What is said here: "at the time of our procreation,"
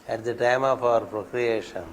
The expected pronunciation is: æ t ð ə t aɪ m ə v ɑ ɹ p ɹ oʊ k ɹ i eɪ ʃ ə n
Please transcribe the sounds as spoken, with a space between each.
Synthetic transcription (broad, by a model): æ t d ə t aɪ m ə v ɑ ɹ p ɹ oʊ k ɹ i eɪ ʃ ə n